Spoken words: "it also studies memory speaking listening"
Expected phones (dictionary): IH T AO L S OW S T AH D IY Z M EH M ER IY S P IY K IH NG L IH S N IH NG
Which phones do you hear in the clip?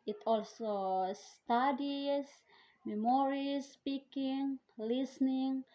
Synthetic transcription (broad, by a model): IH T AO L S OW S T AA D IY S M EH M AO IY S P IY K IH NG L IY S N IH NG